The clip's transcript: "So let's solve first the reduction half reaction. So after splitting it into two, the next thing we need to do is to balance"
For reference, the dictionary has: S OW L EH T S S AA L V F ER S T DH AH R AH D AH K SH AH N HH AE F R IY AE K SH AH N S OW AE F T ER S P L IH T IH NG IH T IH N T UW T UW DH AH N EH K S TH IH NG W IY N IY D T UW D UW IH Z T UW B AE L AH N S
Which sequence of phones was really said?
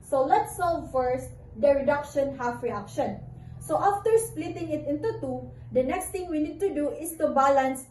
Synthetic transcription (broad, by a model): S OW L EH T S S AA L V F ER S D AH R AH D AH K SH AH N HH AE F R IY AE K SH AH N S OW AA F T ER S P L IH T IH NG IH T IH N T UW T UW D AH N EH K S T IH NG W IY N IY D T UW D UW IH S T UW B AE L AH N S